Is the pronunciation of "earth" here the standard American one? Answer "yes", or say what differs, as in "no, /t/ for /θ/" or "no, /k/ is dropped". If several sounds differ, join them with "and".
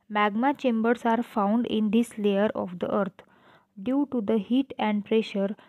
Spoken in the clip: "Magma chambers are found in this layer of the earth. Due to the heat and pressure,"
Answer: no, /t/ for /θ/